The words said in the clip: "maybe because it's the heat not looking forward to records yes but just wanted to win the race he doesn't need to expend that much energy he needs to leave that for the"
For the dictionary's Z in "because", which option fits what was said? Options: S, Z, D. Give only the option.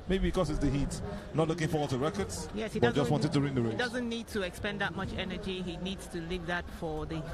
S